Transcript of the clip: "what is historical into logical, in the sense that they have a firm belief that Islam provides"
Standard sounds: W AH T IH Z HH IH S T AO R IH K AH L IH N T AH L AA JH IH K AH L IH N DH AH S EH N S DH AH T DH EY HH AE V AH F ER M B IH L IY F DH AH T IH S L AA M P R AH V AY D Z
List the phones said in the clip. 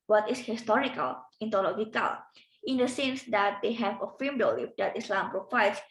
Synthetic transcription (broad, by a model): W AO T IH S HH IH S T AO R IH K AH L IH N T AH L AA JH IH K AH L IH N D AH S EH N S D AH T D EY HH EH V AH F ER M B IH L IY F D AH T IH S L AA M P R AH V AY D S